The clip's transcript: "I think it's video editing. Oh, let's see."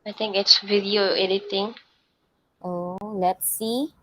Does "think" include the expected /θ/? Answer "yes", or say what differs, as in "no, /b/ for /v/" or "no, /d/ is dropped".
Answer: no, /t/ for /θ/